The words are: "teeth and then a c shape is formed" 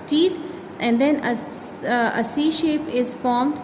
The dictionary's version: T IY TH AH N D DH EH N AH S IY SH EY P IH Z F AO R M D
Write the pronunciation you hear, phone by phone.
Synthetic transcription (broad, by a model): T IY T AH N D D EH N AH S IY SH EY P IH Z F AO R M D